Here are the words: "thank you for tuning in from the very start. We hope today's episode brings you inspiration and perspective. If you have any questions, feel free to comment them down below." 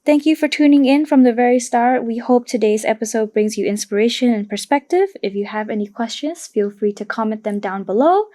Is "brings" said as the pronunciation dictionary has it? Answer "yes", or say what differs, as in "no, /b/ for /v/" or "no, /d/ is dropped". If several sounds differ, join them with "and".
yes